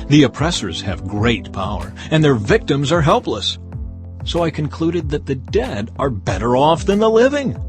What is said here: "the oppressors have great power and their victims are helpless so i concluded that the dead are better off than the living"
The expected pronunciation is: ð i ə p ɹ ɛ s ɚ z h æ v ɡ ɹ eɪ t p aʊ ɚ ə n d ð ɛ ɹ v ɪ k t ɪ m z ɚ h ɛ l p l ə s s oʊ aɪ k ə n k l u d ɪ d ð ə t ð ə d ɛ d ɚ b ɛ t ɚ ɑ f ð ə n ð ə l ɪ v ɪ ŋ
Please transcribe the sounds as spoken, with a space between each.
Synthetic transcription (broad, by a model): ð i ə p ɹ ɛ s ɚ z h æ v ɡ ɹ eɪ t p aʊ ɚ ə n ð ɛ ɹ v ɪ k t ɪ m z ɚ h ɛ l p l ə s s oʊ aɪ k ə n k l u d ɪ d ð ə t ð ə d ɛ d ɚ b ɛ t ɚ ɑ f ð ə n ð ə l ɪ v ɪ ŋ